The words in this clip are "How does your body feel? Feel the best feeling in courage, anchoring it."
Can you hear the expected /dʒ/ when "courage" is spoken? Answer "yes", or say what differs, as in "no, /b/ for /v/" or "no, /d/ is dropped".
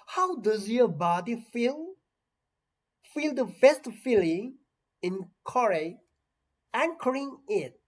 no, /dʒ/ is dropped